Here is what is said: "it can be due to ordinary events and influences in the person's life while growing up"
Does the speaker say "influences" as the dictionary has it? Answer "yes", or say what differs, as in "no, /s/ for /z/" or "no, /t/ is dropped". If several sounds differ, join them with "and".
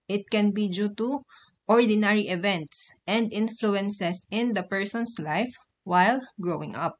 no, /s/ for /z/